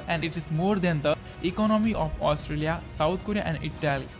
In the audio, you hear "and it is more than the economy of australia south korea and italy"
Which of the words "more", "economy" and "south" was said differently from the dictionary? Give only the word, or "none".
south